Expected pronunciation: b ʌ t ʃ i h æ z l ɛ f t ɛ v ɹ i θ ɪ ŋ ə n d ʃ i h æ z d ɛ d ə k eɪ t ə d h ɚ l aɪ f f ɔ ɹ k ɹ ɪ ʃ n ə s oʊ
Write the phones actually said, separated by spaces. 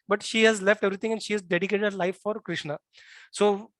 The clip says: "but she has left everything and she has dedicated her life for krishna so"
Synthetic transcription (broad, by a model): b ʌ t ʃ i h æ z l ɛ f t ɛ v ɹ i t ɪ ŋ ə n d ʃ i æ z d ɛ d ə k eɪ t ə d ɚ l aɪ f f ɔ ɹ k ɹ ɪ ʃ n ə s oʊ